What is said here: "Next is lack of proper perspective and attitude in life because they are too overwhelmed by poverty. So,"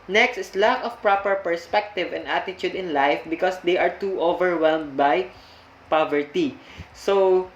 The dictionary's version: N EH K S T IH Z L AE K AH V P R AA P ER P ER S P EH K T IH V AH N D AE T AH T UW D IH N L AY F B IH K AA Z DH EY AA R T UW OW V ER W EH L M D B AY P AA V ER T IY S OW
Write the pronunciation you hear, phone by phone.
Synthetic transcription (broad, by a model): N EH K S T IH S L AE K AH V P R AA P ER P ER S P EH K T IH V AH N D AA T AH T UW D IH N L AY F B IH K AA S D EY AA R T UW OW V ER W EH L M D B AY P AA V ER T IY S OW